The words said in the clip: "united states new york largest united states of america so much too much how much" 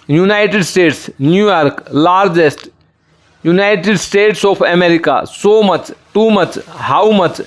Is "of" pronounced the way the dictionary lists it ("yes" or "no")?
no